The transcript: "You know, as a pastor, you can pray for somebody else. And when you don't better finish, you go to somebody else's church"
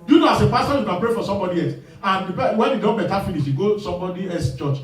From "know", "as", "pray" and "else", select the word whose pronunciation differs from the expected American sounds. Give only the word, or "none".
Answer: as